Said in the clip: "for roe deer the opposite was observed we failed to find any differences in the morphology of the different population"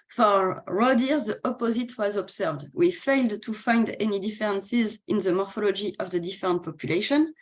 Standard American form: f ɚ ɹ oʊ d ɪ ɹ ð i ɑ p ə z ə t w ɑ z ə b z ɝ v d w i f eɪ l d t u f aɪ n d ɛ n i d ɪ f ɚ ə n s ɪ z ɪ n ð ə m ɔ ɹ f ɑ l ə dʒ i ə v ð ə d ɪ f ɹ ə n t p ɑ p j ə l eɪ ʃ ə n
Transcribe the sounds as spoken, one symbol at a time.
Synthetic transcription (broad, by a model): f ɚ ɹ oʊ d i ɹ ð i ɑ p ə z ə t w ɑ z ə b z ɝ v d w i f eɪ l d t u f aɪ n d ɛ n i d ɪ f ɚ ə n s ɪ z ɪ n ð ə m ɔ ɹ f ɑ l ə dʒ i ə v ð ə d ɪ f ɹ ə n t p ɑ p j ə l eɪ ʃ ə n